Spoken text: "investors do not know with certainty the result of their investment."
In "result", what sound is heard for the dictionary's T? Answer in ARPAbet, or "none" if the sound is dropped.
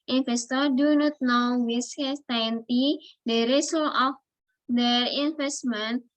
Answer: none